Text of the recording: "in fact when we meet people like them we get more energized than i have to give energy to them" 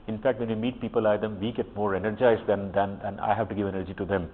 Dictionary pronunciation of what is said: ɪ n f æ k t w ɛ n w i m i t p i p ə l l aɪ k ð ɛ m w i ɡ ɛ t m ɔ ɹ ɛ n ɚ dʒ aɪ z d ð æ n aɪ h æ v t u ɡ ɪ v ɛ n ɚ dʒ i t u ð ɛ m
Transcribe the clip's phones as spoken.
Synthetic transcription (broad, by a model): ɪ n f æ k t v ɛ n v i m i t p i p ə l l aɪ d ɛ m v i ɡ ɛ t m ɔ ɹ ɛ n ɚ dʒ aɪ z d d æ n aɪ h æ v t u ɡ ɪ v ɛ n ɚ dʒ i t u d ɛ m